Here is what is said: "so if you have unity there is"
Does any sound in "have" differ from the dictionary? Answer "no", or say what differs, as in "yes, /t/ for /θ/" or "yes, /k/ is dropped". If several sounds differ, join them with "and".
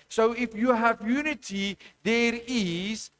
no